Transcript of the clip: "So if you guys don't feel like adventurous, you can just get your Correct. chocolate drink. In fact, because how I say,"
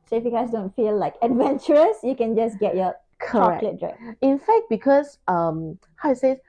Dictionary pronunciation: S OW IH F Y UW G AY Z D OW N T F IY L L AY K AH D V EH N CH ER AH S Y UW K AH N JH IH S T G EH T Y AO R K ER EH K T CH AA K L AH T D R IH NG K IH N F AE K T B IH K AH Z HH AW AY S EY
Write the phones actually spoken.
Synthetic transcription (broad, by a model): S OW IH F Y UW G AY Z D OW N T F IY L L AY K AH D V EH N CH ER AH S Y UW K AH N JH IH S G EH T Y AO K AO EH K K L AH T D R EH K IH N F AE K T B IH K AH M HH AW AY S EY